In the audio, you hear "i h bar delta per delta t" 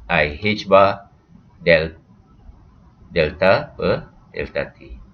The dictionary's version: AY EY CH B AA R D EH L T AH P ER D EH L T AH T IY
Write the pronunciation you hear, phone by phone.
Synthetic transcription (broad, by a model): AY EY CH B AA L D EH L T AH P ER D EH L T AH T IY